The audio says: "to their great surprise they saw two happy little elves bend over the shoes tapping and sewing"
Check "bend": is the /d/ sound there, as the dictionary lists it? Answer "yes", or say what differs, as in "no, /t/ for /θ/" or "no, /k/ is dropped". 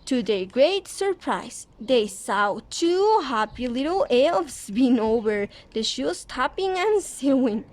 no, /d/ is dropped